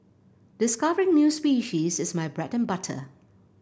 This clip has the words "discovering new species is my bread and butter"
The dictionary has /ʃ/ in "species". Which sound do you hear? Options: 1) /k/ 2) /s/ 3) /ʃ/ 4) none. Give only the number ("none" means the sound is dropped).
3